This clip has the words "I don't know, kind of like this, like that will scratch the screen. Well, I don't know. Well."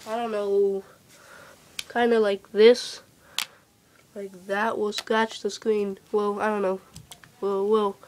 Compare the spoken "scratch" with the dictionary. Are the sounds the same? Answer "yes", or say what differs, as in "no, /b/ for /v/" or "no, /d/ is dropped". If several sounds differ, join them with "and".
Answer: no, /ɹ/ is dropped